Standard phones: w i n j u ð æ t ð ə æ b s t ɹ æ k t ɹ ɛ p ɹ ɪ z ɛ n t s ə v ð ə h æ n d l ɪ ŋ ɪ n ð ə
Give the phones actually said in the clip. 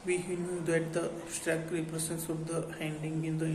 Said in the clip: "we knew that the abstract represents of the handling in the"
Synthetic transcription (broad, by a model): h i n j u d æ t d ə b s t ɹ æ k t ɹ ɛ p ɹ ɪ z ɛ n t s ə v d ə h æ n d ɪ ŋ ɪ n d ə